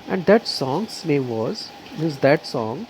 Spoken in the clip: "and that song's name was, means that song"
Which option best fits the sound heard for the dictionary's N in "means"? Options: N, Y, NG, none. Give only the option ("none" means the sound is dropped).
none